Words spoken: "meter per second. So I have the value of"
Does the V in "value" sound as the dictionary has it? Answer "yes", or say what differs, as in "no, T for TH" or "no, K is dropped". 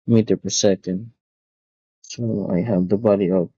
no, B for V